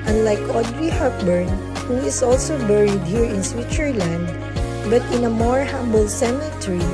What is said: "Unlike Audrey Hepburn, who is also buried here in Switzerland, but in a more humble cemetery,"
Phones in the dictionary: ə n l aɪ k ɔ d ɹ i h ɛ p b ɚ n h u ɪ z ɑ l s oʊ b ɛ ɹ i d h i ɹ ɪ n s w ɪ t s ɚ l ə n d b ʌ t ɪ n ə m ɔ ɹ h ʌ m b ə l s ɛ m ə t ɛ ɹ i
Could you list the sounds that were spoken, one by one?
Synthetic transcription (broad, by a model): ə n l aɪ k ɔ d ɹ i h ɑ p b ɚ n h u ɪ s ɑ l s oʊ b ɛ ɹ i d h i ɹ ɪ n s w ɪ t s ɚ l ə n d b ʌ t ɪ n ə m ɔ ɹ h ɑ m b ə l s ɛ m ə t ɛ ɹ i